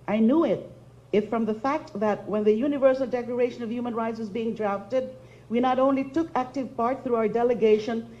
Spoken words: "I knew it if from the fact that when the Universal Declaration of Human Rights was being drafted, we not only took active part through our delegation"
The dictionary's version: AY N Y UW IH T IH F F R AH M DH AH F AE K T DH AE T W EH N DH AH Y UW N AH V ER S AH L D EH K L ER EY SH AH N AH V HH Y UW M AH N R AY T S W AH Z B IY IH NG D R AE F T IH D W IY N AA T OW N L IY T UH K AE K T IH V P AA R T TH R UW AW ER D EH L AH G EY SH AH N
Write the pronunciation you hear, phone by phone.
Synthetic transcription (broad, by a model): AY N Y UW IH T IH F F R AH M DH AH F AE K T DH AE T W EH N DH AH Y UW N AH V ER S AH L D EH K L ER EY SH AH N AH V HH Y UW M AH N R AY T S W AH Z B IY IH NG D R AE F T IH D W IY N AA T OW N L IY T UH K AE K T IH V P AA R T TH R UW AW ER D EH L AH G EY SH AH N